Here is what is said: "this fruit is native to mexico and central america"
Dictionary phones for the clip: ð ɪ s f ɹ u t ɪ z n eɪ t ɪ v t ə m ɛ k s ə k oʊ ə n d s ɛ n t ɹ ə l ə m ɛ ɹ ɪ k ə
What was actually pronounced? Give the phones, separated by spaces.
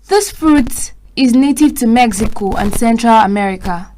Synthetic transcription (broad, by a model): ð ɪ s f ɹ u t ɪ z n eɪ t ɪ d t ə m ɛ k s ə k oʊ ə n s ɛ n t ɹ ə l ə m ɛ ɹ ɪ k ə